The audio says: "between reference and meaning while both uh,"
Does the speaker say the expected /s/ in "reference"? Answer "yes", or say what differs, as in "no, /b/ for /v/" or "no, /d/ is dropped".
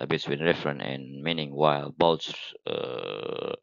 no, /s/ is dropped